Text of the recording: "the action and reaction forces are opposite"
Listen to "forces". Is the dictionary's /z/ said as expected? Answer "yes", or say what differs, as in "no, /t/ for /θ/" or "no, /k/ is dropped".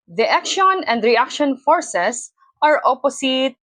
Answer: no, /s/ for /z/